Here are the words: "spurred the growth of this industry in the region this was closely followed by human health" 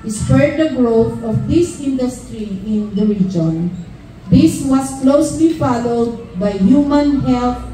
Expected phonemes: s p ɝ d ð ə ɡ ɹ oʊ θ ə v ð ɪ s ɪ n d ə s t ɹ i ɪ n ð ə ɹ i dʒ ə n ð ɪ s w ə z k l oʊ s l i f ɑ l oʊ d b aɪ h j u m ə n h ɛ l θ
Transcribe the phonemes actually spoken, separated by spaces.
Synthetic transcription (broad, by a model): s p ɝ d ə ɡ ɹ oʊ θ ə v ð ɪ s ɪ n d ə s t ɹ i ɪ n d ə ɹ i dʒ ə n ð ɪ s w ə s k l oʊ s l i f ɑ l oʊ d b aɪ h j u m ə n h ɛ l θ